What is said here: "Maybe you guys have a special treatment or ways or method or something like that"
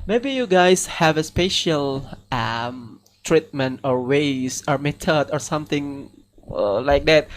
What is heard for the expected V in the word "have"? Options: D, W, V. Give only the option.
V